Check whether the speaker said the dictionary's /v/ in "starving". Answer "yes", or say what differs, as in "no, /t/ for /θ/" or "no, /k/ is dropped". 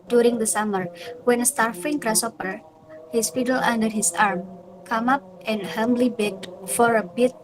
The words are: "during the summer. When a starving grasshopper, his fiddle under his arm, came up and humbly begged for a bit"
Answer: no, /f/ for /v/